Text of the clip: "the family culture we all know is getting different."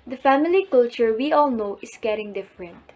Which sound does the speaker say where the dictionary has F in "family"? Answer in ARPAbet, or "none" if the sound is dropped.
F